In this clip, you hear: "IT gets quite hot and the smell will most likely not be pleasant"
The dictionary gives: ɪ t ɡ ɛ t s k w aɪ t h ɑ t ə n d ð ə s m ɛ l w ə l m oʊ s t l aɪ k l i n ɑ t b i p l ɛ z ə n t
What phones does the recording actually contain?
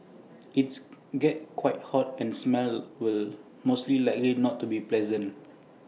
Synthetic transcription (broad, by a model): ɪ t ɡ ɛ t k w aɪ t h ɑ t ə n s m ɛ l w ə l m oʊ s t l aɪ k l i n ɑ t b i p l ɛ z ə n t